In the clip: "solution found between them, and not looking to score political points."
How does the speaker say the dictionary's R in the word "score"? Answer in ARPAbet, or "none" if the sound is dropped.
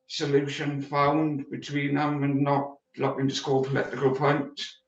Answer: L